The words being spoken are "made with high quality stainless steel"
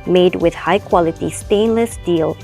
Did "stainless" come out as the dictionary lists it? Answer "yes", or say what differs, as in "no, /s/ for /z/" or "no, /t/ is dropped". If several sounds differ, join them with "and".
yes